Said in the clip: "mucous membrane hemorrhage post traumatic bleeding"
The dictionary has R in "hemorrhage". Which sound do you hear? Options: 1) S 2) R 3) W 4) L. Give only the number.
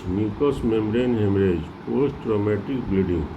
2